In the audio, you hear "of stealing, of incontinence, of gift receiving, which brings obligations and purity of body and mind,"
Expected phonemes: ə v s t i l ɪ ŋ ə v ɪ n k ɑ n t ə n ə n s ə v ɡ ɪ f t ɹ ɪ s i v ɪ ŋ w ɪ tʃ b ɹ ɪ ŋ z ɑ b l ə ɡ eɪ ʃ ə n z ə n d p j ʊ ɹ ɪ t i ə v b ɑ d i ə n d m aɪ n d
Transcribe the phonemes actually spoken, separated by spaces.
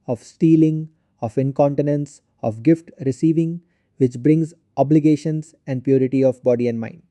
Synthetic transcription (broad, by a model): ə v s t i l ɪ ŋ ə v ɪ n k ɑ n t ə n ə n s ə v ɡ ɪ f t ɹ ɪ s i v ɪ ŋ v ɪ tʃ b ɹ ɪ ŋ z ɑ b l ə ɡ eɪ ʃ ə n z ə n d p j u ɹ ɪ t i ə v b ɑ d i ə n d m aɪ n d